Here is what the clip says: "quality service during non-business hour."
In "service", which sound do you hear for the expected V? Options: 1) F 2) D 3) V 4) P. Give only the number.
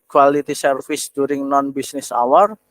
1